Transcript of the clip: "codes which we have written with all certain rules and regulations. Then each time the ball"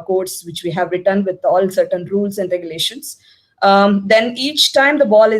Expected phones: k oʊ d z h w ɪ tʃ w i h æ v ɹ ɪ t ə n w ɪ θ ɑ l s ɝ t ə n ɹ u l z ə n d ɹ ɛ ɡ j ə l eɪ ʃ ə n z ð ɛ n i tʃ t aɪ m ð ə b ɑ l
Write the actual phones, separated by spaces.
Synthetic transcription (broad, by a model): k oʊ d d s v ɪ tʃ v i h æ v ɹ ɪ t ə n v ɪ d ɑ l s ɝ t ə n ɹ u l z ə n d ɹ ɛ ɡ j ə l eɪ ʃ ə n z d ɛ n i tʃ t aɪ m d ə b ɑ l